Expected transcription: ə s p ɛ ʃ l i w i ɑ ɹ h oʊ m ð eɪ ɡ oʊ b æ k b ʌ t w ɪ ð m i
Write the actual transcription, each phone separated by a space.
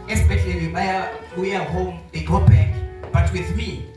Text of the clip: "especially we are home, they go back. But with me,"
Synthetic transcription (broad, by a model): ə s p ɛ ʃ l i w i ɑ w h oʊ m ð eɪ ɡ oʊ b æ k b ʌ t w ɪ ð m i